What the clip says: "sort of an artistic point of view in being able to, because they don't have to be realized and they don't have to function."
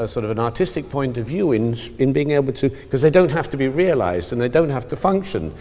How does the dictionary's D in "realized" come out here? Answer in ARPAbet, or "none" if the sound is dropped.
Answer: D